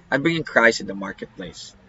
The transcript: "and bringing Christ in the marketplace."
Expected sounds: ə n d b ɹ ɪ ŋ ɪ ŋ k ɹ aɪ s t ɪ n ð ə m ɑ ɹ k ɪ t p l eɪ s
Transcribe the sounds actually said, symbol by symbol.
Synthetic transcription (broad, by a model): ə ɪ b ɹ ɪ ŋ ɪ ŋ k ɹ aɪ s ɪ n ð ə m ɑ ɹ k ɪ t p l eɪ s